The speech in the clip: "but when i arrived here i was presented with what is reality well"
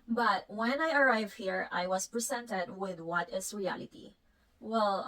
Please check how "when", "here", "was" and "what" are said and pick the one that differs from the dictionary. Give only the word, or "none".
was